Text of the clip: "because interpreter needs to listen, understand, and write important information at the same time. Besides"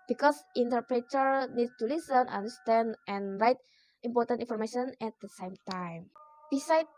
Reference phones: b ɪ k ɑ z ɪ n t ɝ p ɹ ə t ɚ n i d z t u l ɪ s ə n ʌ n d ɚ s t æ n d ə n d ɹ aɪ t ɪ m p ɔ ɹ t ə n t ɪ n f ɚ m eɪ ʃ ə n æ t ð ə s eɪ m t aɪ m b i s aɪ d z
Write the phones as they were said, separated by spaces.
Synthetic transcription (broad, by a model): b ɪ k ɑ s ɪ n t ɝ p ɹ ə t ɚ n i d t u l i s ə n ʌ n d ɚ s t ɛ n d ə n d ɹ aɪ t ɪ m p ɔ ɹ t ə n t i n f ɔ m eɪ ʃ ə n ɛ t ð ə s eɪ m t aɪ m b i s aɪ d